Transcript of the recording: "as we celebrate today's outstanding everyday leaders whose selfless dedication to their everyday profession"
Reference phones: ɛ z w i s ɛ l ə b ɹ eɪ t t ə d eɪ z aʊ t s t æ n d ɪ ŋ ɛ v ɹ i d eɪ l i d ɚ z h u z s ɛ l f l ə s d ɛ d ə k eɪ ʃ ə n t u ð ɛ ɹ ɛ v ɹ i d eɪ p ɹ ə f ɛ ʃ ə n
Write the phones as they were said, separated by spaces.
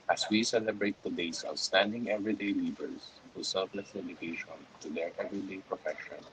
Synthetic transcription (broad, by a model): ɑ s w i s ɛ l ə b ɹ eɪ t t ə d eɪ s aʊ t s t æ n d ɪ ŋ ɛ v ɹ i d eɪ l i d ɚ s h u s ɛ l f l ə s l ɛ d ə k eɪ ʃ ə n t u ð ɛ ɹ ɛ v ɹ i d eɪ p ɹ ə f ɛ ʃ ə n